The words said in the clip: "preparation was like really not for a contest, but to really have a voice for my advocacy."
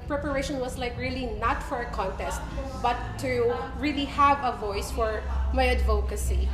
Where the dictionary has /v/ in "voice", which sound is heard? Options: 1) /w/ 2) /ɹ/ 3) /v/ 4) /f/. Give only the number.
3